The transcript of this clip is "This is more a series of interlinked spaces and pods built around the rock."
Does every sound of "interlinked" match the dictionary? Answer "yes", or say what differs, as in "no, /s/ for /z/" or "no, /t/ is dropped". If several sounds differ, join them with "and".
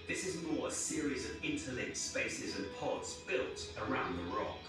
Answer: no, /ŋ/ is dropped